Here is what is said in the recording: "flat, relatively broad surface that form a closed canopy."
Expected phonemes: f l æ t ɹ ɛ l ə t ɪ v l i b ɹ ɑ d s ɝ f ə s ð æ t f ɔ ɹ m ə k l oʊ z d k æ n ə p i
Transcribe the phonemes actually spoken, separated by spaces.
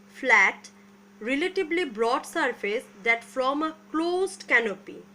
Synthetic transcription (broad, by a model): f l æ t ɹ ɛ l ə t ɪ b l i b ɹ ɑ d s ɝ f ə s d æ t f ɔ m ə k l oʊ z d k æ n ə p i